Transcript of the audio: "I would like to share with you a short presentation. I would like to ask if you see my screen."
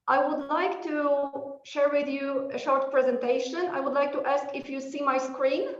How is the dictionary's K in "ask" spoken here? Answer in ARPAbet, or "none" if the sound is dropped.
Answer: K